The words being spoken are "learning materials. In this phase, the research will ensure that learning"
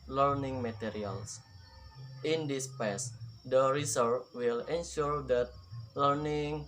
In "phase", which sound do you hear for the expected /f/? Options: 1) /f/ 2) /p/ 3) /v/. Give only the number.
2